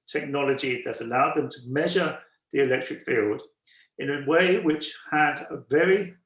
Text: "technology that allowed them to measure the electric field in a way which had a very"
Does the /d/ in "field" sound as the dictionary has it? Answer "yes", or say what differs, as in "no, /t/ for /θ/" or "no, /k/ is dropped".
yes